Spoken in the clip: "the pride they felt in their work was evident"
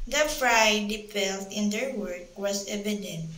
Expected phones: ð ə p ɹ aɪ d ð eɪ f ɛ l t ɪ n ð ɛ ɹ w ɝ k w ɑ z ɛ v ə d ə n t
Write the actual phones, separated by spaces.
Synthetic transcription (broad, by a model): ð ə f ɹ aɪ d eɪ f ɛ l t ɪ n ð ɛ ɹ w ɝ k w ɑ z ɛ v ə d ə n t